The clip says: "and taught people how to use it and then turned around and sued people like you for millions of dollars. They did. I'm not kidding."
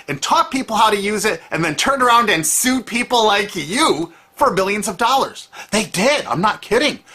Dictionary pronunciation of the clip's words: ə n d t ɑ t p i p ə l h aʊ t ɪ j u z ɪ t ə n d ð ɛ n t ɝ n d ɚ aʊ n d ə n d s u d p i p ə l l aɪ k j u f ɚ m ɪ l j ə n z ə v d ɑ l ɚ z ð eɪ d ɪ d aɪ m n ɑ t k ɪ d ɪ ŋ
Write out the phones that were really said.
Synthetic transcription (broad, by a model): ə n t ɑ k p i p l h aʊ t ɪ j u z ɪ t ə n ð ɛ n t ɝ n ɚ aʊ n d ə n s u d p i p l l aɪ k j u f ɚ m ɪ l j ə n z ə v d ɑ l ɚ z ð eɪ d ɪ d aɪ m n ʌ t k ɪ d ɪ ŋ